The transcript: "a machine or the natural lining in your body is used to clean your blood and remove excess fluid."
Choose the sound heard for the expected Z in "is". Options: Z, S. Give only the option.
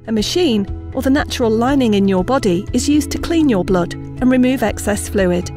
Z